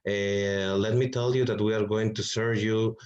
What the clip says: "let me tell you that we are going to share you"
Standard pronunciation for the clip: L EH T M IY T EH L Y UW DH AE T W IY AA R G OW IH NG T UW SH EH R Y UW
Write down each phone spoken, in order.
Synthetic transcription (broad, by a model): L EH T M IY T EH L Y UW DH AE T W IY AA R G OW IH NG T UW S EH R Y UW